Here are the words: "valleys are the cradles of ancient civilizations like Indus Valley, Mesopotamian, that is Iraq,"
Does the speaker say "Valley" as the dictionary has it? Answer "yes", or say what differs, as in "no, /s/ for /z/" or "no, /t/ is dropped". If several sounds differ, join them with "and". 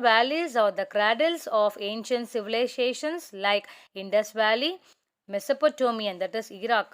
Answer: yes